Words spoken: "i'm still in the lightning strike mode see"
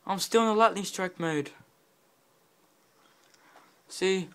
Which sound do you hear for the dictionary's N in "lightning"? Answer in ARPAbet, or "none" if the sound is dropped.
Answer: L